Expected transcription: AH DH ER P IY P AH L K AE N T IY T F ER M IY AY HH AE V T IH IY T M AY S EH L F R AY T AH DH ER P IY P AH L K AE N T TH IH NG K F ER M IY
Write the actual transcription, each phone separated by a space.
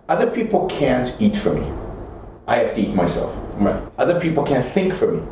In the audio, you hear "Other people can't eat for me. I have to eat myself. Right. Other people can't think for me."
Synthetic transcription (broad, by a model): AH DH ER P IY P L K AE N T IY T F ER M IY AY HH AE F T IH IY T M AY S EH L F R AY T AH DH ER P IY P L K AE N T TH IH NG K F ER M IY